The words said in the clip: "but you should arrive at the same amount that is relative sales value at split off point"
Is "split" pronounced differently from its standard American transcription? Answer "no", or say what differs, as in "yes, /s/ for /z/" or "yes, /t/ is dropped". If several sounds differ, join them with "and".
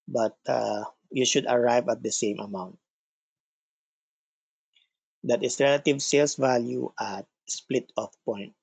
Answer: no